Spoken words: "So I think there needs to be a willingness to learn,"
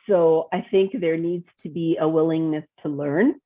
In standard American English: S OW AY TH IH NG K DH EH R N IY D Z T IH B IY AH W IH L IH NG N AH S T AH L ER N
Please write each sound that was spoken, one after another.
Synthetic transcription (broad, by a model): S OW AY TH IH NG K DH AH R N IY D Z T IH B IY AH W IH L IH NG N AH S T AH L ER N